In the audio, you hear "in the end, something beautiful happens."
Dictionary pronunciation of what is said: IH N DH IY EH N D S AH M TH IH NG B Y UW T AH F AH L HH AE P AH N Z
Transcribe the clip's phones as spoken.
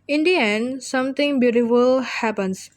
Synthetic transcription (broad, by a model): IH N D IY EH N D S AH M T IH NG B Y UW T AH F AH L HH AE P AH N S